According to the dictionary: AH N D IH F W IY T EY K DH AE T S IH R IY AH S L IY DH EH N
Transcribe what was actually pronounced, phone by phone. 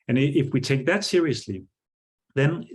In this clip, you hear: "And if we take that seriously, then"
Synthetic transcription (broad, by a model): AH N IH F W IY T EY K DH AE T S IH R IY AH S L IY DH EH N